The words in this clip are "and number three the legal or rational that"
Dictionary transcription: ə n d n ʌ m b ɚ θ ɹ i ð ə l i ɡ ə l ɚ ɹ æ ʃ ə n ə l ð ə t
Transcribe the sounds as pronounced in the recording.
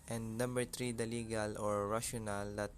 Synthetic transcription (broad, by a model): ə n d n ʌ m b ɚ t ɹ i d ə l i ɡ ə l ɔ ɹ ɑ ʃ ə n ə l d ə t